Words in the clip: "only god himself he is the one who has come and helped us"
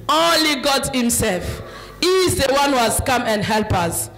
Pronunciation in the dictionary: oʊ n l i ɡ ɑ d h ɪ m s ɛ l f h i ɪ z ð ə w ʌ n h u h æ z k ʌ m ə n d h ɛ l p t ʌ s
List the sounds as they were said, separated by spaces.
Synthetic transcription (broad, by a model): oʊ n l i ɡ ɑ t h ɪ m s ɛ l f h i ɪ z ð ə w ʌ n h u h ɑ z k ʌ m ə n d h ɛ l p ʌ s